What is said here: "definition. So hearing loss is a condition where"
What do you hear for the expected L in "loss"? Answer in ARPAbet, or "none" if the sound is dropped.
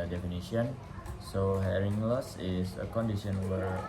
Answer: L